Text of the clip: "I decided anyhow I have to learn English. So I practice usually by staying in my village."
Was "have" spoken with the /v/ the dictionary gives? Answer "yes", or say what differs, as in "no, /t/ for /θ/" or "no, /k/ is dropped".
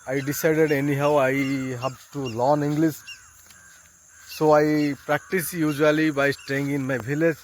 no, /b/ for /v/